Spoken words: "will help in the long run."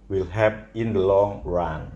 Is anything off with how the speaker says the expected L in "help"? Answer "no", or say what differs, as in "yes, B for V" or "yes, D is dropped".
yes, L is dropped